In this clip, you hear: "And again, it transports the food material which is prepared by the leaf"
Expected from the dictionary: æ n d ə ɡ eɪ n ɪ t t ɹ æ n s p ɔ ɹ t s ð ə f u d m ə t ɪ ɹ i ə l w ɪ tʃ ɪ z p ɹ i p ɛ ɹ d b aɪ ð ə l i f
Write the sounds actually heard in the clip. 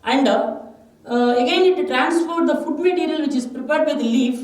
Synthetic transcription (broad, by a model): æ n d ə ɡ eɪ n ɪ t t ɹ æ n s f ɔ ɹ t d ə f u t m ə t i ɹ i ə l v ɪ tʃ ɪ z p ɹ i p ɛ ɹ d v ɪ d l i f